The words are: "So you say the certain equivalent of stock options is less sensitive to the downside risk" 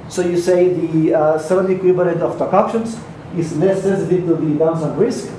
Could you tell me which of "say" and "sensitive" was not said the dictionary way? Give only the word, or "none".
sensitive